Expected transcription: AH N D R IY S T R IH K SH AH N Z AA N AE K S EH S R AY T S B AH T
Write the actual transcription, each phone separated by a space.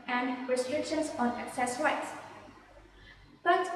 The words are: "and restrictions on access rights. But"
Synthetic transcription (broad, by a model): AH N D R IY S T R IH K SH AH N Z AA N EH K S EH S W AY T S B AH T